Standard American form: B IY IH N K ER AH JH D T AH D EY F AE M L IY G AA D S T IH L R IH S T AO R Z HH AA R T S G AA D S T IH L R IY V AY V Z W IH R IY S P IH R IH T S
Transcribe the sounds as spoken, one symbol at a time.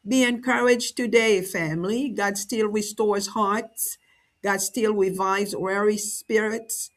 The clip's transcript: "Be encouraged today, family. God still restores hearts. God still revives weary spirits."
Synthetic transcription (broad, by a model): B IY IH N K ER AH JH T AH D EY F AE M L IY G AA D S T IH L R IH S T AO R Z HH AA R T S G AA D S T IH L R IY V AY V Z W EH R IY S P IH R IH T S